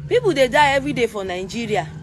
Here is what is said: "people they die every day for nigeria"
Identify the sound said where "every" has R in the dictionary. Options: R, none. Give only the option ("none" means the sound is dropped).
none